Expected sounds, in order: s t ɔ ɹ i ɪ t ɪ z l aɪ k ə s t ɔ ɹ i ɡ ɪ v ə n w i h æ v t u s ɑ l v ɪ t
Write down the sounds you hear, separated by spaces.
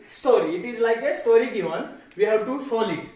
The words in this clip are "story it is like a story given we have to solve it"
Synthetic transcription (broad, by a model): s t ɔ ɹ i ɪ t ɪ z l aɪ k ə s t ɔ ɹ i ɡ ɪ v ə n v i h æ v t u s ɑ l ɪ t